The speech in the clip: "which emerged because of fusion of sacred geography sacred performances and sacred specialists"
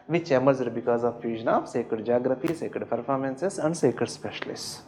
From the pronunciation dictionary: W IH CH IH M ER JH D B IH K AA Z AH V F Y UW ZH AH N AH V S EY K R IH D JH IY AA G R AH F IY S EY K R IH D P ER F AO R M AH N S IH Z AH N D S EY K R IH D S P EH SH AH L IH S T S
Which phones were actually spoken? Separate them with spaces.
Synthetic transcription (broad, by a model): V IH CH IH M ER Z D B IH K AA Z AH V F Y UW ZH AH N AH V S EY K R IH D JH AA G R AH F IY S EY K R IH D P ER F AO R M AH N S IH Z AH N D S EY K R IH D S P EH SH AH L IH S S